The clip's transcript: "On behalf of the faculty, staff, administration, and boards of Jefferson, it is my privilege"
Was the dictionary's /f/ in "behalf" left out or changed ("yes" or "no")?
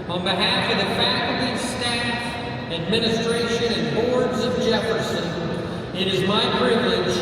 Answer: no